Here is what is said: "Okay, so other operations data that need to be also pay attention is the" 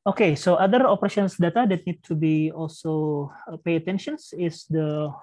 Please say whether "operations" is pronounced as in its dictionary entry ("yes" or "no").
no